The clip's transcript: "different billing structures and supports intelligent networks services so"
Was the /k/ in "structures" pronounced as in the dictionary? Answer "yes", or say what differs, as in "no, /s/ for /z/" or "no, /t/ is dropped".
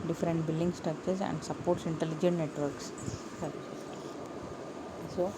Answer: no, /k/ is dropped